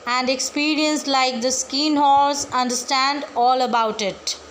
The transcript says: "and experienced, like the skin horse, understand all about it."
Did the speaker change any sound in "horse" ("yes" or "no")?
yes